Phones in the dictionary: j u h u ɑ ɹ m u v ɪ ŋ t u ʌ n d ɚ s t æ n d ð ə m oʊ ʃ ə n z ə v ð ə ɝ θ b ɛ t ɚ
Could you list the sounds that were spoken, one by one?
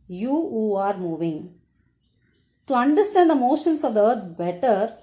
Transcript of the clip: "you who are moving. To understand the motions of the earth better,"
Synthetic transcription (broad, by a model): j u h u ɑ ɹ m u v ɪ ŋ t u ʌ n d ɚ s t æ n d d ə m oʊ ʃ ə n s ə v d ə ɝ t b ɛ t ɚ